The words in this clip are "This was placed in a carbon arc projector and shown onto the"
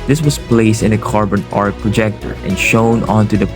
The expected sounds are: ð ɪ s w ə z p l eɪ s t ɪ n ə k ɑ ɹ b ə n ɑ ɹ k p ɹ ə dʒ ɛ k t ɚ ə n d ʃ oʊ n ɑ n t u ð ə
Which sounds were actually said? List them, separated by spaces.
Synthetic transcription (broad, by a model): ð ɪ s w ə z p l eɪ s t ɪ n ə k ɑ ɹ b ə n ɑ ɹ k p ɹ ə dʒ ɛ k t ɚ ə n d ʃ oʊ n ɑ n t u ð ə